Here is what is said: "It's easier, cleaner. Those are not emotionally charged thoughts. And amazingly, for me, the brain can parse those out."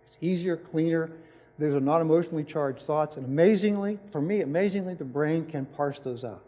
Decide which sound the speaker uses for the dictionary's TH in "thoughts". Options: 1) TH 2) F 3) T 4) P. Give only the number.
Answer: 1